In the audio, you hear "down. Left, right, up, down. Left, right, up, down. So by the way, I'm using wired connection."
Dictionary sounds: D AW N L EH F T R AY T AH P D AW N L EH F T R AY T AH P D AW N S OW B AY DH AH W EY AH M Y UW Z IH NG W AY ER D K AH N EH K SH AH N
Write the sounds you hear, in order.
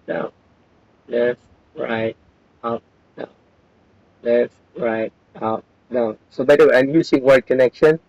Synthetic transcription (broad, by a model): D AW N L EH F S R AY T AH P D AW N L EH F R AY T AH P D AW N S OW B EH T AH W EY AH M Y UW S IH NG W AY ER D K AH N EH K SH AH N